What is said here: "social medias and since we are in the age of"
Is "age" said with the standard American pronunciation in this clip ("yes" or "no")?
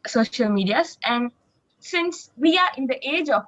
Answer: yes